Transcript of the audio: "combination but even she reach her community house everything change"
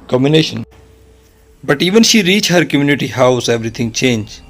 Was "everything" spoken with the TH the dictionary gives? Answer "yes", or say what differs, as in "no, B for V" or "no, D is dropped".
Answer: no, T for TH